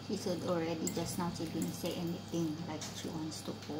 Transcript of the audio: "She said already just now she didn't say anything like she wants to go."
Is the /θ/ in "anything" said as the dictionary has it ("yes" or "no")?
no